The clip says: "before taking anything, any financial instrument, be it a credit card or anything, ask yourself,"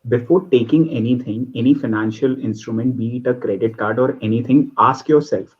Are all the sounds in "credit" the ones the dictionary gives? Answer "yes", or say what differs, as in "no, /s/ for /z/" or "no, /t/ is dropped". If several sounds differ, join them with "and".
yes